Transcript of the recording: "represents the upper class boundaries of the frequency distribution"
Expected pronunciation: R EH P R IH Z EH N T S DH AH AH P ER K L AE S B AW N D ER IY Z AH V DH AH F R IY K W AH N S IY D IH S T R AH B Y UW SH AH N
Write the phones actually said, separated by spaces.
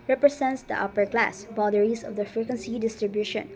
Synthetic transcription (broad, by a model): R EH P R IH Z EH N T S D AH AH P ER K L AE S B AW D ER IY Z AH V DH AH F R IY K W AH N S IY D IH S T R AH B Y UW SH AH N